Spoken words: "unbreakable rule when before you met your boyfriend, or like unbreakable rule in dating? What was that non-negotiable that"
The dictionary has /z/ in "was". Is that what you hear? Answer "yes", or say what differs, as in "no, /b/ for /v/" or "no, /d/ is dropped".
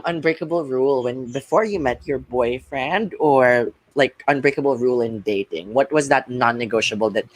yes